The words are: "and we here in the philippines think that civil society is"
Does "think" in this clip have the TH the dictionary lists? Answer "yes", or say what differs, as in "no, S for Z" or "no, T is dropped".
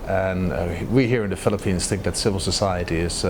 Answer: yes